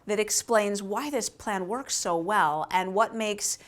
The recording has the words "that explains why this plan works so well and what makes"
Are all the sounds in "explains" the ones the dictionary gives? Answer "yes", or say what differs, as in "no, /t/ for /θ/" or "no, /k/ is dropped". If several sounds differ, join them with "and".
yes